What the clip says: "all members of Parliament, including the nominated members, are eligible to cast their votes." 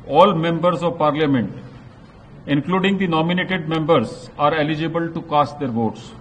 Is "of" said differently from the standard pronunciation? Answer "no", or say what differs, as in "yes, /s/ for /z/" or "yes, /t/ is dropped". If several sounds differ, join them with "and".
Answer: no